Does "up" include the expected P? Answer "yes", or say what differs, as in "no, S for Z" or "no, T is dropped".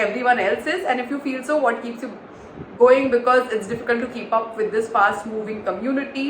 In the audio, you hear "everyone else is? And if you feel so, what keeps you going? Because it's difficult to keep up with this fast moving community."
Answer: yes